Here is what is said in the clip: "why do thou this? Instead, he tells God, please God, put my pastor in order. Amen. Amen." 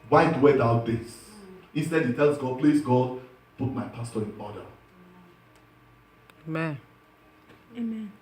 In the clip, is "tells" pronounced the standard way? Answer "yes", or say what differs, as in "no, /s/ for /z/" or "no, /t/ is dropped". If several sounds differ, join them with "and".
no, /s/ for /z/